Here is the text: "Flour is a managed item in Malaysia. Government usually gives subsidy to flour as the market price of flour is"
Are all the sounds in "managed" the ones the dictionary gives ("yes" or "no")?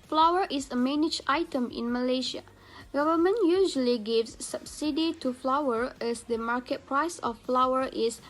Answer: no